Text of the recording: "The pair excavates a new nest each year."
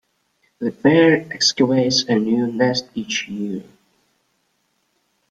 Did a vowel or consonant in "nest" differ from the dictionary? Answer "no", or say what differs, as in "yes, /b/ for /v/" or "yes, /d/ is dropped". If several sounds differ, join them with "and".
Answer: no